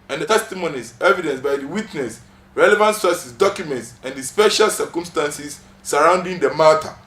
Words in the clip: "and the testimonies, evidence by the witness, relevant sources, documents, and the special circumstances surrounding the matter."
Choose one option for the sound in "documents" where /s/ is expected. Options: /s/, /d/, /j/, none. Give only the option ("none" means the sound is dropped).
/s/